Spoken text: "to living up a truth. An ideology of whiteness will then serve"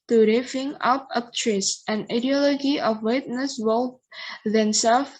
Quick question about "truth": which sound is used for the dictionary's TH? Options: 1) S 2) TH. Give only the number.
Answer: 1